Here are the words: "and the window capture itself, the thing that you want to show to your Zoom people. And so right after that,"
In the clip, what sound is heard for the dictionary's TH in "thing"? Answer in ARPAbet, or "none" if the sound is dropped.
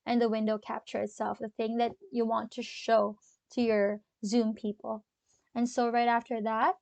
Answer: TH